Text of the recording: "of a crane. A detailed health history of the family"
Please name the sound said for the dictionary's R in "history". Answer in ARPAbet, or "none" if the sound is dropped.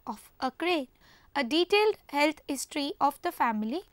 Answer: R